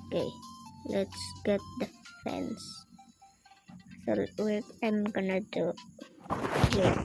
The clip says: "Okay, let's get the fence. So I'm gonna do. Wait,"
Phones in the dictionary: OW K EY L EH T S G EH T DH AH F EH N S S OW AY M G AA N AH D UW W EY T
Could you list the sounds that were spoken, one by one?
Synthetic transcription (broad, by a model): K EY L EH T S G EH T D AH F EH N S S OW AY M G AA N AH D UW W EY